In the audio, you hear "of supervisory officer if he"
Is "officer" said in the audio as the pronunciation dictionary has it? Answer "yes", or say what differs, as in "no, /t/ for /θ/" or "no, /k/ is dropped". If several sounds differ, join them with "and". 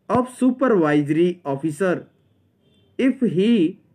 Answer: no, /p/ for /f/